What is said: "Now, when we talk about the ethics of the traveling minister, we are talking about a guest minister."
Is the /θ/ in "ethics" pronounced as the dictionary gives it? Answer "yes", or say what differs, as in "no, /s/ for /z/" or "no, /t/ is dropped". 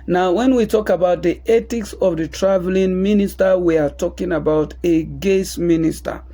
no, /t/ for /θ/